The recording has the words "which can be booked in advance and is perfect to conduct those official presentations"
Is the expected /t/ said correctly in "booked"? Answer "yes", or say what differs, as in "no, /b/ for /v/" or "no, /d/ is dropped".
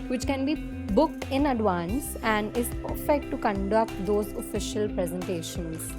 yes